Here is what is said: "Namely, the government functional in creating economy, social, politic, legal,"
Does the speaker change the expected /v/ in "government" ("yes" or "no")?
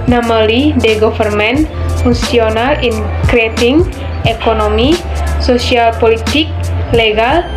yes